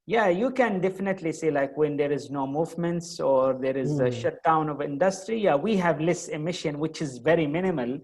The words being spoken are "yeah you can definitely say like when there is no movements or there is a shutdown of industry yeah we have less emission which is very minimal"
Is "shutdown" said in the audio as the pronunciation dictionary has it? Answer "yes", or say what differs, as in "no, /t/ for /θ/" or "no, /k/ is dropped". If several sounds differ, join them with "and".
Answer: yes